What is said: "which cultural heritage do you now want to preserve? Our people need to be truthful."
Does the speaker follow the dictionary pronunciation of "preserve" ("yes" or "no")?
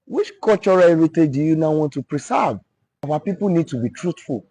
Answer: no